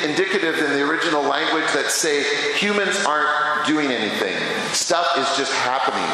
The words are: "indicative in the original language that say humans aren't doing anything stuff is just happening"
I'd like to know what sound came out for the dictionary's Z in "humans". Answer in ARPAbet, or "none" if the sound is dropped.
Z